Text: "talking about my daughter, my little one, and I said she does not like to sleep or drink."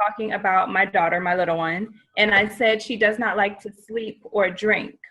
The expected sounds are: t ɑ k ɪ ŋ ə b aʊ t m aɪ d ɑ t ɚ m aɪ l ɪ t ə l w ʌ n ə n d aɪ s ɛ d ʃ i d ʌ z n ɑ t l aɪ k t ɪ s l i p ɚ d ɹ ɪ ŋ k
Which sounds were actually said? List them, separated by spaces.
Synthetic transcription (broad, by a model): ɑ k ɪ ŋ ə b aʊ t m aɪ d ɑ t ɚ m aɪ l ɪ t l w ʌ n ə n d aɪ s ɛ d ʃ i d ʌ z n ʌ t l aɪ k t ɪ s l i p ɚ d ɹ ɪ ŋ k